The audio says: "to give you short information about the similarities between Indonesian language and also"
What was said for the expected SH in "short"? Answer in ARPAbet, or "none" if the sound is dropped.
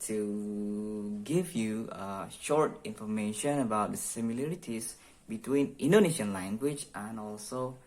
SH